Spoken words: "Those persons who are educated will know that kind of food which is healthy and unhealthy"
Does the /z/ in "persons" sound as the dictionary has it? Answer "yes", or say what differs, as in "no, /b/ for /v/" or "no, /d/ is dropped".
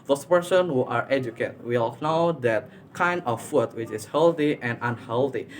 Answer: no, /z/ is dropped